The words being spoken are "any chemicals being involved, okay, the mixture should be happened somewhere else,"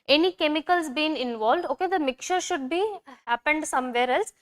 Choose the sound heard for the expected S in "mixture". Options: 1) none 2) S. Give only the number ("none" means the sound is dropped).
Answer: 1